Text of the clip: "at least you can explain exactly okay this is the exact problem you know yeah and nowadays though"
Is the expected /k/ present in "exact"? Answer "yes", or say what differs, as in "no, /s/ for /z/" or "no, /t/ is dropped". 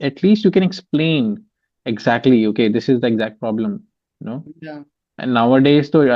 yes